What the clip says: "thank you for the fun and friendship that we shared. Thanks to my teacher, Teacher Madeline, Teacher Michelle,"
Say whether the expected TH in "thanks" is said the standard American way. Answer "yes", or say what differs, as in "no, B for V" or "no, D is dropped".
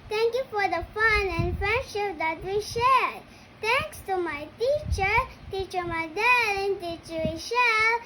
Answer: no, T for TH